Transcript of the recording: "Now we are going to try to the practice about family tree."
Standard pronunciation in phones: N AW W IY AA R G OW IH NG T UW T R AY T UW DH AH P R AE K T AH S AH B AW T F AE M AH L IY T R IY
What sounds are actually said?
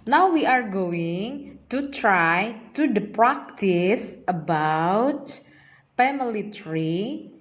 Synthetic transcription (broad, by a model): N AW W IY AA R G OW IH NG T UW T R AY T UW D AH P R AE K T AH S AH B AW T P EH M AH L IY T R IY